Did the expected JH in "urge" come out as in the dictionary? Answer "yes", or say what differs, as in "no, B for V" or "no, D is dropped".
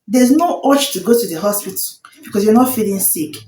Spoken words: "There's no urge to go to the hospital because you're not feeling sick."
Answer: no, CH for JH